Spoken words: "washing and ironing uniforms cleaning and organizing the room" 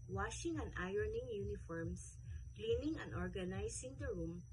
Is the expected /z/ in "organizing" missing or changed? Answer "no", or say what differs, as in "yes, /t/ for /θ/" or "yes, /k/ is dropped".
yes, /s/ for /z/